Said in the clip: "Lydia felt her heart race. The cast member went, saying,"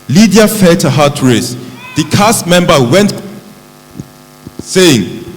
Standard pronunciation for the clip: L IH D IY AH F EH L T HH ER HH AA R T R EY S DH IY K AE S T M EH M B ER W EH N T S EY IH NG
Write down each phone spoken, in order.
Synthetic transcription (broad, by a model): L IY D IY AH F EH T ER HH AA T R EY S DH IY K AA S M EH M B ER W EH N T S EY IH NG